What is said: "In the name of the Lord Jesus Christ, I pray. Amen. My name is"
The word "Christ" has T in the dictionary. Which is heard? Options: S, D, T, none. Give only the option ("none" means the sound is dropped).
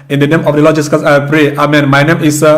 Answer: none